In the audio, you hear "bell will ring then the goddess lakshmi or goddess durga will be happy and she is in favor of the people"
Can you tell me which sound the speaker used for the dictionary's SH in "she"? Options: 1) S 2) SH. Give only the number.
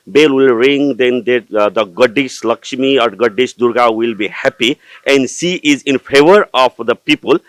1